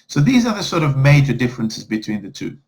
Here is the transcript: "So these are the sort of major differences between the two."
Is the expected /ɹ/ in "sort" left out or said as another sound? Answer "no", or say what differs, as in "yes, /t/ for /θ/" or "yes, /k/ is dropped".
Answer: no